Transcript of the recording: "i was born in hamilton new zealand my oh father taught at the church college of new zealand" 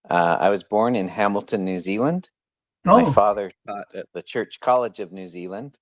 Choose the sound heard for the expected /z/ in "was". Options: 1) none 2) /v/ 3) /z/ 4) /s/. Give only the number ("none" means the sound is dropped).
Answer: 3